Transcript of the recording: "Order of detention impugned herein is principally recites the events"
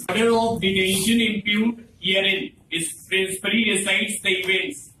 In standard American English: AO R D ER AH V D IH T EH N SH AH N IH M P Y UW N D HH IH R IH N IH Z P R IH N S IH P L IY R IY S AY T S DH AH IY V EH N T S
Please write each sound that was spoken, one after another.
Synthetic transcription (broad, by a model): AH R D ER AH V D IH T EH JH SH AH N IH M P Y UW D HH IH R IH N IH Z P R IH N S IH P L IY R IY S AY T S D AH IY V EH N T S